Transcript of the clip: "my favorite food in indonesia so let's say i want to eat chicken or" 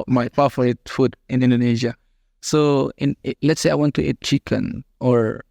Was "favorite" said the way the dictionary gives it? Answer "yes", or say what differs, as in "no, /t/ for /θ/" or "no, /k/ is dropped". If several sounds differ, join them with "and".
no, /p/ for /f/ and /f/ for /v/